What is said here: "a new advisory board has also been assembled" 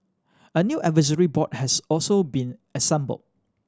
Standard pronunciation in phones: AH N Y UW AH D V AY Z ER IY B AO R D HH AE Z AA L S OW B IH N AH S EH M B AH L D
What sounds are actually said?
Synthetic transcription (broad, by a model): AH N Y UW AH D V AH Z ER IY B AO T HH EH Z AA L S OW B IH N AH S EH M B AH L